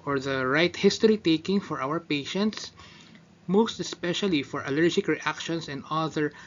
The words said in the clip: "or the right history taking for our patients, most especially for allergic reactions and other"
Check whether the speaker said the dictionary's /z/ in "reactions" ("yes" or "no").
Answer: no